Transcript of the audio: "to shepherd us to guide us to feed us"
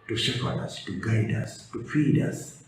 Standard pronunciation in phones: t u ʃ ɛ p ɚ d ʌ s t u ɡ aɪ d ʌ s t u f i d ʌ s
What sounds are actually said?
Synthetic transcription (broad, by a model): t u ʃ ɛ f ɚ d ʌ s t u ɡ aɪ d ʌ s t u f i d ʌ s